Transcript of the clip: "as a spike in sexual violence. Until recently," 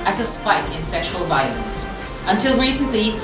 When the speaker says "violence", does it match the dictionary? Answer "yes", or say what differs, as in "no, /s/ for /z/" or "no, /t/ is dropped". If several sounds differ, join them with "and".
yes